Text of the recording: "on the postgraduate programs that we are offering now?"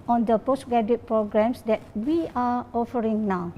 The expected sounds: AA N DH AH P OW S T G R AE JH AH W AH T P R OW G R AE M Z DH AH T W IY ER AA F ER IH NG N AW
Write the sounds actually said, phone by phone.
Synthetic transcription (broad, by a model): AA N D AH P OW S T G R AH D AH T P R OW G R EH M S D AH T W IY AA AA F ER IH NG N AW